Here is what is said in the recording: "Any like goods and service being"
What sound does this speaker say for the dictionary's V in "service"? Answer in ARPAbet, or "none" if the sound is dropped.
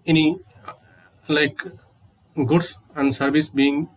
B